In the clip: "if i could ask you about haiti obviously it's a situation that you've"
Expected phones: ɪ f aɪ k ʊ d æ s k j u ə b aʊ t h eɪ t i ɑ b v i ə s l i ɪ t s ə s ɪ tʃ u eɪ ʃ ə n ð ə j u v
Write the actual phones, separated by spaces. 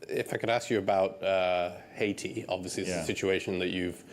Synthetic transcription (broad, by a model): ɪ f aɪ k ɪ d æ s k j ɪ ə b aʊ t h eɪ t i ɑ b v i ə s l i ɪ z ə s ɪ tʃ u eɪ ʃ ə n ð ə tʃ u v